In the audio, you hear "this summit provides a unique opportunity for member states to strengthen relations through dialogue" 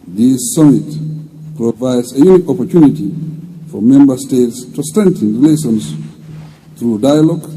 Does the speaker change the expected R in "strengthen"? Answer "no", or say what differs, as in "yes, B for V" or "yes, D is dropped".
yes, R is dropped